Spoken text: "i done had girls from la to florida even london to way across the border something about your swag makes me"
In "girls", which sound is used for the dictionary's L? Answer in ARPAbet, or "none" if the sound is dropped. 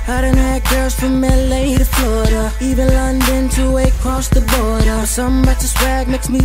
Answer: none